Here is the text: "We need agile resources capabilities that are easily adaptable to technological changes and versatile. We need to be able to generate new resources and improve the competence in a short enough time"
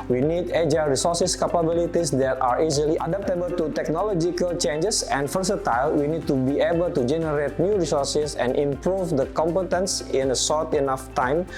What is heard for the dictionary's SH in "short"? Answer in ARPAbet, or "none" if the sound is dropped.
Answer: S